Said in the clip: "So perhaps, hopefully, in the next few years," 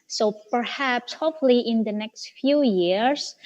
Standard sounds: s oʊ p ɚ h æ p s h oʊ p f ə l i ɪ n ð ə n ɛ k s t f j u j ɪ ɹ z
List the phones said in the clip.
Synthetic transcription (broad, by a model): s oʊ p ɚ h æ p s h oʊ f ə l i ɪ n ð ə n ɛ k s t f j u j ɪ ɹ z